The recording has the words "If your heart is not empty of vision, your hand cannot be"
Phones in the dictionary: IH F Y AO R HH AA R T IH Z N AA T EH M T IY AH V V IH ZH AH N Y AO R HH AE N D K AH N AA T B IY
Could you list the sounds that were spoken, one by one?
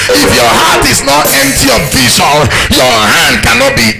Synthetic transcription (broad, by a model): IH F Y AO HH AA T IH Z N AA T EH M T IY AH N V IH SH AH L Y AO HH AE N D K AH N AA T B IY